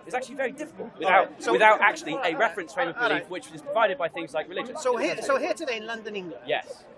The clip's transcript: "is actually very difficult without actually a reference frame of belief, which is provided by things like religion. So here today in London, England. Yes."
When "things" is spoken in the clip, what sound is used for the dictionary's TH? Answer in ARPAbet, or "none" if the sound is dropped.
TH